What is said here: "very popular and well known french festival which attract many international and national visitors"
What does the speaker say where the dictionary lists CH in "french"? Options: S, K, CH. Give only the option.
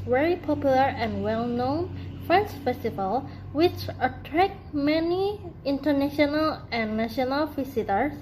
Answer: S